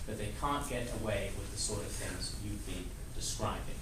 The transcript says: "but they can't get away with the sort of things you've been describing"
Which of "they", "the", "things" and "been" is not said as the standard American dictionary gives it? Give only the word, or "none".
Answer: none